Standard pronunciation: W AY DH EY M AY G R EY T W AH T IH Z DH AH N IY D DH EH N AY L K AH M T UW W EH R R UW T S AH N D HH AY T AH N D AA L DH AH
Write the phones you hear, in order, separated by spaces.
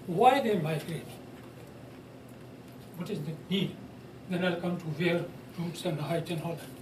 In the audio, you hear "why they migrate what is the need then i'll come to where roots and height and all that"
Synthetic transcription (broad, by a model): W AY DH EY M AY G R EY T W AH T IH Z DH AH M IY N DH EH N AY L K AH M T UW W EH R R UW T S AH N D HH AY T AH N AA L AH